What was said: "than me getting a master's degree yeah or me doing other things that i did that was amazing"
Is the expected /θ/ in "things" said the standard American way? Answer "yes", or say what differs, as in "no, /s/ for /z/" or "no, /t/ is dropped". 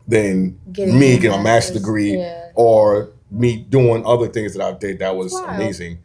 yes